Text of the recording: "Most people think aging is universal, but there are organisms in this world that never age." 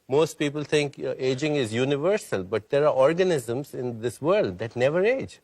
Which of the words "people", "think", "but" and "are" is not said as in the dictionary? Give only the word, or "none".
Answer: think